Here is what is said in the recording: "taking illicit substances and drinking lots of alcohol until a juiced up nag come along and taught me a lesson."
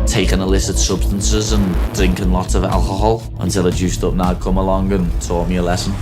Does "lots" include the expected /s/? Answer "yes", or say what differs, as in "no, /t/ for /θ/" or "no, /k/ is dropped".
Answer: no, /s/ is dropped